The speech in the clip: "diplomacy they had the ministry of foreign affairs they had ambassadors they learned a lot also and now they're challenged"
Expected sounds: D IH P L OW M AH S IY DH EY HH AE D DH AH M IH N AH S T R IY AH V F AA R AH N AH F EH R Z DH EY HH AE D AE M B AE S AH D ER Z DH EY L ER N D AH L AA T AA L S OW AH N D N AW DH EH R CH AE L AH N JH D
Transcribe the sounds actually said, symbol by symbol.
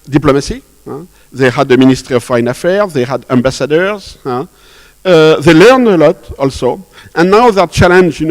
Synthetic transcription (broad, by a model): D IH P L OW M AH S IY DH EY HH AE D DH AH M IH N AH S T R IY AH V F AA AH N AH F EH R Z DH EY HH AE D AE M B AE S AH D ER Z DH EY L ER N D AH L AA T AA L S OW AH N N AW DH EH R CH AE L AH N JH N